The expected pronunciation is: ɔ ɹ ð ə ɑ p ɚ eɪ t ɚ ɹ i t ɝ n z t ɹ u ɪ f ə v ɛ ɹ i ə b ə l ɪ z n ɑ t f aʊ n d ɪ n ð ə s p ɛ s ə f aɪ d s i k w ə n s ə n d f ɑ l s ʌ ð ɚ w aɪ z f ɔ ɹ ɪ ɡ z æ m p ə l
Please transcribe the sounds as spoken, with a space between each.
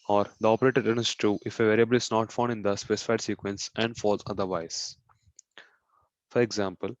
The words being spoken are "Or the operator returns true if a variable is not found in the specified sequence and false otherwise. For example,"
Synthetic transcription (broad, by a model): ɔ ɹ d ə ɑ p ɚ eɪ t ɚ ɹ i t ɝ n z t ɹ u ɪ f ə v ɛ ɹ i ə b ə l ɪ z n ɑ t f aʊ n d ɪ n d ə s p ɛ s ə f aɪ d s i k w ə n s ə n d f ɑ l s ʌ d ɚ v aɪ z f ɔ ɹ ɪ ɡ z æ m p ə l